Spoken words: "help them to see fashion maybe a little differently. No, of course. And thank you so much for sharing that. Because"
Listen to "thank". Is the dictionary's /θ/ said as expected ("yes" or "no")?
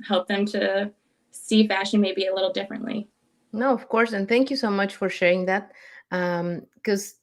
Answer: yes